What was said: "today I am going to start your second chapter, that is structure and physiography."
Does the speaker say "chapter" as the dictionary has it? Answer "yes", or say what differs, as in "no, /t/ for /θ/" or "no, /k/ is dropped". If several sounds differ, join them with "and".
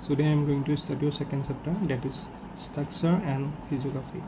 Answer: no, /s/ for /tʃ/